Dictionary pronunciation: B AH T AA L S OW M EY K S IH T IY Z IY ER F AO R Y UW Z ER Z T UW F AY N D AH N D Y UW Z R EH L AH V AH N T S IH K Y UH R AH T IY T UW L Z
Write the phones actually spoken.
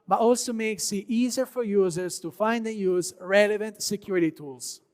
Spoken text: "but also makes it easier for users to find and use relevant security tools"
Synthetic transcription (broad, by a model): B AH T AA L S OW M EY K S IH T IY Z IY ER F AO R Y UW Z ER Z T UW F AY N D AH N Y UW Z R EH L AH V AH N T S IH K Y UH R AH T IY T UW L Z